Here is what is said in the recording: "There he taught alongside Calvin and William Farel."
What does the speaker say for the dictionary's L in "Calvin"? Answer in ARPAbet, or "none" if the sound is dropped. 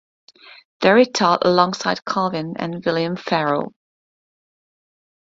none